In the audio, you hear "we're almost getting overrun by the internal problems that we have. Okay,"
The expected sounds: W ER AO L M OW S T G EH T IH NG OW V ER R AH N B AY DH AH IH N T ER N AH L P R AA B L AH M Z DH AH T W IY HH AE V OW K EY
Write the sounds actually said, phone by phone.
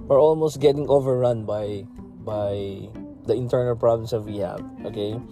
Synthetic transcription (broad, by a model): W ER AO L M OW S T G EH T IH NG OW V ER R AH N B AY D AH IH N T ER N AH L P R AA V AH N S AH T W IY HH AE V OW K EY